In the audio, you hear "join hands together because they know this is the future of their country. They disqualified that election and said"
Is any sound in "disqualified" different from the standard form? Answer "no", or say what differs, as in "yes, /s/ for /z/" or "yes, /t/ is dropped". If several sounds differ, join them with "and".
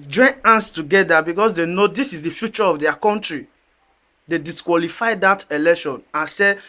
no